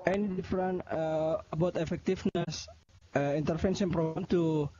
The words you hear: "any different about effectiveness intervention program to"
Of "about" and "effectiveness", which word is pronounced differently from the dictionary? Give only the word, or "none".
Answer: effectiveness